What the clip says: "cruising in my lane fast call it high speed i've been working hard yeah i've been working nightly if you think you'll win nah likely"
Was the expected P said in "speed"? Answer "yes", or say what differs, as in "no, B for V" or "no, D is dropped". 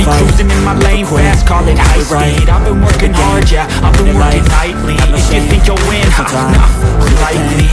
no, P is dropped